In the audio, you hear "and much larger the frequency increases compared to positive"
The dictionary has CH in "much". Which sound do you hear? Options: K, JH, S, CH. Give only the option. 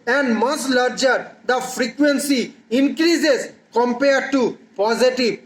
S